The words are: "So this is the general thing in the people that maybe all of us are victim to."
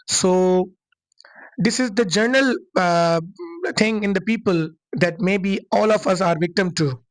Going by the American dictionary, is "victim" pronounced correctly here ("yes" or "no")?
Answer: yes